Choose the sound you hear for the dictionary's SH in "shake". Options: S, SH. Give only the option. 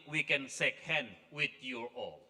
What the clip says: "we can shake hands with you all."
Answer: S